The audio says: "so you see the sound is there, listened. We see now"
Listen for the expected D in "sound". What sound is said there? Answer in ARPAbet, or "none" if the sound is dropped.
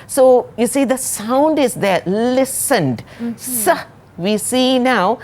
D